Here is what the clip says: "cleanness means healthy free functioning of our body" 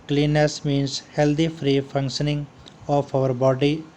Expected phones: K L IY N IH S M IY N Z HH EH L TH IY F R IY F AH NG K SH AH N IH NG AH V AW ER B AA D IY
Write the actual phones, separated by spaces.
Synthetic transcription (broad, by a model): K L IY N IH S M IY N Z HH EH L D IY F R IY F AH NG K SH AH N IH NG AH P AW ER B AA D IY